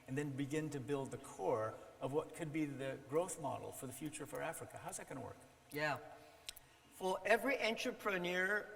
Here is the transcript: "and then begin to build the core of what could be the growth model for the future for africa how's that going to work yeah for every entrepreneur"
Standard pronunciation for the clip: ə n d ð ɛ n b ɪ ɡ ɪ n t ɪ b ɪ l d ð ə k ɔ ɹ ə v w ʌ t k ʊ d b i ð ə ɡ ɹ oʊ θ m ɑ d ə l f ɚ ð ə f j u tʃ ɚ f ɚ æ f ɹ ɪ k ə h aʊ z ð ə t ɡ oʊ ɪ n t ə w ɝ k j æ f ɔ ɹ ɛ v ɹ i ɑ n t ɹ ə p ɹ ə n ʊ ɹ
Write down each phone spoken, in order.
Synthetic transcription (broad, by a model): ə n ð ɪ n b ɪ ɡ ɪ n t ɪ b ɪ l d ð ə k ɔ ɹ ə v w ʌ t k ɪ d b i ð ə ɡ ɹ oʊ θ m ɑ d l f ɚ ð ə f j u tʃ ɚ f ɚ æ f ɹ ɪ k ə h aʊ z ð ə t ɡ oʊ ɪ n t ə w ɝ k j æ f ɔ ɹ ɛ v ɹ i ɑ n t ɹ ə p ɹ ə n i ɹ